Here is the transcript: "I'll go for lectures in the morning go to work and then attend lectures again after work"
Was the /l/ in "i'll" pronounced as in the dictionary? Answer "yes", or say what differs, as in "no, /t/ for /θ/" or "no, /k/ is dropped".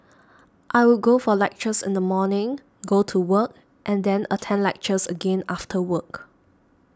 no, /w/ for /l/